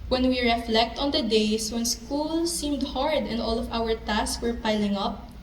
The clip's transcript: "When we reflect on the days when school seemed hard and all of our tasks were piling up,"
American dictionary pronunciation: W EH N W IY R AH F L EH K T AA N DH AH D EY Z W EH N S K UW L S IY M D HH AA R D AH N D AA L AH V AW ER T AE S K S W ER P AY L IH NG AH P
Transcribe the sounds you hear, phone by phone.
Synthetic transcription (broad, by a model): W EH N W IY R AH F L EH K T AA N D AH D EY S W EH N S K UW L S IY M D HH AA R D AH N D AA L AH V AW ER T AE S S W ER P AY L IH NG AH P